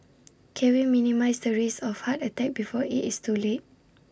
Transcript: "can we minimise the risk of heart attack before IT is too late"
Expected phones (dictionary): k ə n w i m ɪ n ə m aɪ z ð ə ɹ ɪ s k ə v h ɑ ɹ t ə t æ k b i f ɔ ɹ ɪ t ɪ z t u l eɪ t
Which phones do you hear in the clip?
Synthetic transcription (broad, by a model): k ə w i m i n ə m aɪ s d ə ɹ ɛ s ə f h ɑ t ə t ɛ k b i f ɔ ɪ t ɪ s t u l eɪ t